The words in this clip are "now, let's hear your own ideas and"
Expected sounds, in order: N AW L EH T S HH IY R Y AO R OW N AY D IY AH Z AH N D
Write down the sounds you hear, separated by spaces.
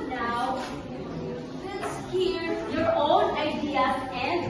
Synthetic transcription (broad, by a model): N AW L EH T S HH IY R Y AO R OW N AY D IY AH AH N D